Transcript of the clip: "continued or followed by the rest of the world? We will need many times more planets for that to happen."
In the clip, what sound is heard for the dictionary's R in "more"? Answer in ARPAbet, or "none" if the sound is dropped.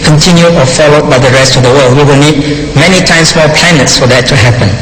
L